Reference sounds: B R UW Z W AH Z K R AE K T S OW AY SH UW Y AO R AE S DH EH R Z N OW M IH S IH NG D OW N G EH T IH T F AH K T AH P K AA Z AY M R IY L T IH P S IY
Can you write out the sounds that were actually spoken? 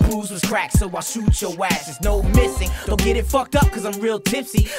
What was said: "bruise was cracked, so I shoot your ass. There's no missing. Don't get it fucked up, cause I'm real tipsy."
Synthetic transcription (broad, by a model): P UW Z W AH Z K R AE K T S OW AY SH UW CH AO W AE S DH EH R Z N OW M IH S IH NG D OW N G EH T IH T F AH K T AH P K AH Z AY M R IY L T IH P S IY